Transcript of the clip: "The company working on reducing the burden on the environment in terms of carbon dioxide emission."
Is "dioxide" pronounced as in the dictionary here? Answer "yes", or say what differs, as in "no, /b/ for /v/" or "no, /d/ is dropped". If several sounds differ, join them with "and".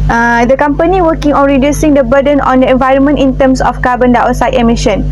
no, /k/ is dropped